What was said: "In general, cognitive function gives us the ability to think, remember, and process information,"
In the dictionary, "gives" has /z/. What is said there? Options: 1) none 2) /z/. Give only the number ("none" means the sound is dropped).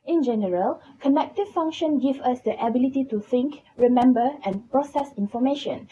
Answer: 1